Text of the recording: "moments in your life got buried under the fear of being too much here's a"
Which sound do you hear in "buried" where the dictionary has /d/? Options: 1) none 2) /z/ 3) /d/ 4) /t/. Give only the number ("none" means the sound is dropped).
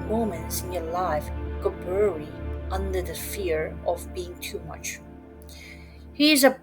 1